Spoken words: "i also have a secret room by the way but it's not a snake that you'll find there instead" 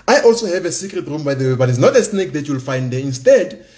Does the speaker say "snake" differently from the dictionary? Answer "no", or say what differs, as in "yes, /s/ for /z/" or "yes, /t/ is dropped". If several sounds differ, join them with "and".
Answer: no